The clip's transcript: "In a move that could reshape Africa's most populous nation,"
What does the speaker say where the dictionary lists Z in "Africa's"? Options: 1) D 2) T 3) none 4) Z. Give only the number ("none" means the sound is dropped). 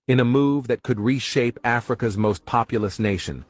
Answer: 4